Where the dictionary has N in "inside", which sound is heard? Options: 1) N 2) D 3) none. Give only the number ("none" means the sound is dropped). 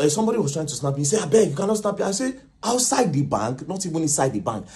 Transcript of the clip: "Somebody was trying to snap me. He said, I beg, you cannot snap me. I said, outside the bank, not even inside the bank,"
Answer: 3